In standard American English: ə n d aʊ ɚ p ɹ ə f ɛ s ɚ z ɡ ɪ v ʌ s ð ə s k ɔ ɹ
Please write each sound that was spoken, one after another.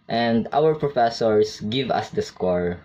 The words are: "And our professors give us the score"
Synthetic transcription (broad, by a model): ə n d aʊ ɚ p ɹ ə f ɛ s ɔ s ɡ ɪ v ʌ s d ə s k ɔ ɹ